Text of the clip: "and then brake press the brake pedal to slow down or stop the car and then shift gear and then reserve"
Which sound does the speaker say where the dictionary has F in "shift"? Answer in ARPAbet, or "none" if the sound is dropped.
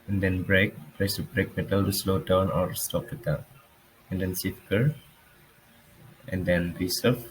none